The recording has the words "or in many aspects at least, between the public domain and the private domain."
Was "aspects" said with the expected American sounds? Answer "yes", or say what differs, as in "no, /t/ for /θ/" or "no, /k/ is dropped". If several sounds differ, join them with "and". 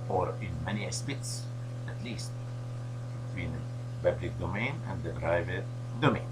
no, /k/ is dropped